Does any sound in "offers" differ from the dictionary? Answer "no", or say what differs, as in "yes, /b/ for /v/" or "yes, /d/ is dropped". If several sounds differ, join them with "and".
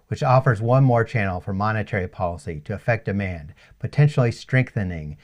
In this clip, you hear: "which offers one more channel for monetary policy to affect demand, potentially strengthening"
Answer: no